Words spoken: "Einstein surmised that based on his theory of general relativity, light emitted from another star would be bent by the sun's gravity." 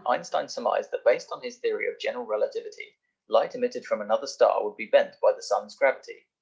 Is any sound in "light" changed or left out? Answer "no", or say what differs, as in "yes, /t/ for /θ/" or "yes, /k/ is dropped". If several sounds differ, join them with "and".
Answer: no